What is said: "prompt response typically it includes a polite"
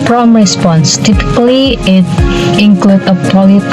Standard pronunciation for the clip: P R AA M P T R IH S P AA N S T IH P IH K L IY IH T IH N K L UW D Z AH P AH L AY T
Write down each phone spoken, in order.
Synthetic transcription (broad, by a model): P R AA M R IH S P AA N S T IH P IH K L IY IH T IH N K L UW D AH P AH L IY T